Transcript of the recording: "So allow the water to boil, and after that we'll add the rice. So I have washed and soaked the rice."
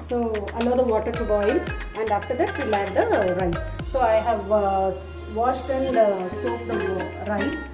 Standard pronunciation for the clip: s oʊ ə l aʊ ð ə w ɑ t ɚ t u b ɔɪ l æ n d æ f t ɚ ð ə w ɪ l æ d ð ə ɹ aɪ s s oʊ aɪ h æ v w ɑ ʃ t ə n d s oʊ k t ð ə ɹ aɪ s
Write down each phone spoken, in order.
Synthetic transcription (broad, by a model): s oʊ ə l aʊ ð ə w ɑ t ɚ t u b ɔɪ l æ n d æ f t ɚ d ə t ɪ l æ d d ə ɹ aɪ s s oʊ aɪ h æ v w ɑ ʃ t ə n d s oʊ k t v ɹ aɪ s